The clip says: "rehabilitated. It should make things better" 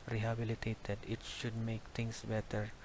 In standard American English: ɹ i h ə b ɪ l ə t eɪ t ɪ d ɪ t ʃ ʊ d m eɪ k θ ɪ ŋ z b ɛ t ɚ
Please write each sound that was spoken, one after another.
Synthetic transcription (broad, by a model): ɹ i h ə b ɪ l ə t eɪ t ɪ d ɪ t ʃ ʊ d m eɪ k t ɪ ŋ s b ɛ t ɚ